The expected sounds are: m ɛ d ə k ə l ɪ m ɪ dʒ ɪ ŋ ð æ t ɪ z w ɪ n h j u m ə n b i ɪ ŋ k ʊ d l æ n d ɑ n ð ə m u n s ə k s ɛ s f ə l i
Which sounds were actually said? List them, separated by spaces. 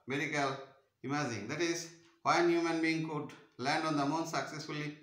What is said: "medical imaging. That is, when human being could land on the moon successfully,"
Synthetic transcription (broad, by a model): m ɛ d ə k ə l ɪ m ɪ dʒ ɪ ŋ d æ t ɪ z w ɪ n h j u m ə n b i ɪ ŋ k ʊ d l æ n d ɑ n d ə m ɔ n s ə k s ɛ s f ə l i